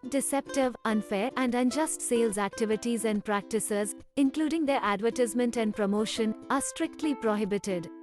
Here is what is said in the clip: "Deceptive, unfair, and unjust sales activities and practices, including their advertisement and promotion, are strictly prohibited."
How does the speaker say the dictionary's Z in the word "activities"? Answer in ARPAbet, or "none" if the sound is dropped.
Z